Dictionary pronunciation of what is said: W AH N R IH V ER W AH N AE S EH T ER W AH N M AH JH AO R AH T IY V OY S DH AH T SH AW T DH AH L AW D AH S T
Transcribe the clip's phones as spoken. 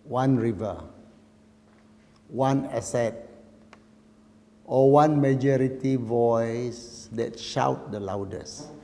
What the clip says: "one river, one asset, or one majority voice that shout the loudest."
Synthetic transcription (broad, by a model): W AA N R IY V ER W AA N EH S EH T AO W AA N M AH JH AO R AH T IY V OY S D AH T SH AW T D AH L AW D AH S